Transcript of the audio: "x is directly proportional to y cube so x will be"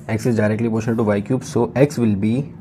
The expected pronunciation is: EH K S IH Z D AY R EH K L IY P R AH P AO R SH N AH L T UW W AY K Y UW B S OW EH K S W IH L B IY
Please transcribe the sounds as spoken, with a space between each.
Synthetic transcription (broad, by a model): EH K S IH Z D AY R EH K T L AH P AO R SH AH N T UW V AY K Y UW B S OW EH K S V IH L B IY